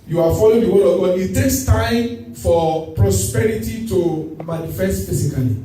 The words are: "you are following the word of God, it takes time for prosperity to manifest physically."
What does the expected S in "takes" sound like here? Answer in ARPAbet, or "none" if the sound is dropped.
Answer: S